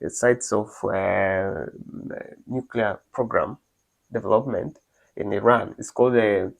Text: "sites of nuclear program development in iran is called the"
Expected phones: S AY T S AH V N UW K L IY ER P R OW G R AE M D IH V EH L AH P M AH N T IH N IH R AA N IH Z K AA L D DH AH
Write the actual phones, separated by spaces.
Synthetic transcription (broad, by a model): S AY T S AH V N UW K L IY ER P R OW G R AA M D IH V EH L AH P M AH N T IH N IH R AA N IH S K AA L D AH